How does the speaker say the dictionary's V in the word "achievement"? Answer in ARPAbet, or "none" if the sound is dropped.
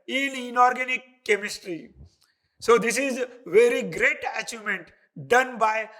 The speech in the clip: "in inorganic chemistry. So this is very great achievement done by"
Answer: none